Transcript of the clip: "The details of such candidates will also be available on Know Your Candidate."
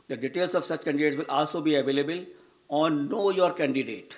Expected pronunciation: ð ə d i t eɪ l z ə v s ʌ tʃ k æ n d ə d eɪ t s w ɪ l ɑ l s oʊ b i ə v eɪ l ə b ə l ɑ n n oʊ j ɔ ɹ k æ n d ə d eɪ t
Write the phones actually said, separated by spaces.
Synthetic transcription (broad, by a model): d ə d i t eɪ l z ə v s ʌ tʃ k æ n d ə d eɪ t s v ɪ l ɑ l s oʊ b i ə v eɪ l ə b ə l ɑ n n oʊ j ɔ ɹ k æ n d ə d eɪ t